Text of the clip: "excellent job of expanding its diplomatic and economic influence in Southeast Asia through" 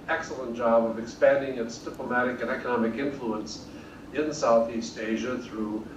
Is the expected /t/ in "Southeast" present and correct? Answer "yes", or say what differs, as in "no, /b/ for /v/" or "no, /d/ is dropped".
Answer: yes